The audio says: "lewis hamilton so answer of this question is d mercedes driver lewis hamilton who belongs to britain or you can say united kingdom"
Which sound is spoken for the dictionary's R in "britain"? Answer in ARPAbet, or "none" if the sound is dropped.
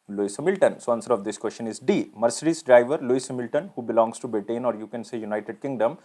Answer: none